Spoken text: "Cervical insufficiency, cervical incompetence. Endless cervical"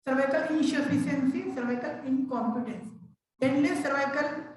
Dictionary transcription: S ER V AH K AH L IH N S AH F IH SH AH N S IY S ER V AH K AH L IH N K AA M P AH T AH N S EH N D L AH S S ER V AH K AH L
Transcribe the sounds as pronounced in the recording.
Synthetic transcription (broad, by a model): S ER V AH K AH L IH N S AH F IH S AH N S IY S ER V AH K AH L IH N K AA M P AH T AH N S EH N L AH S S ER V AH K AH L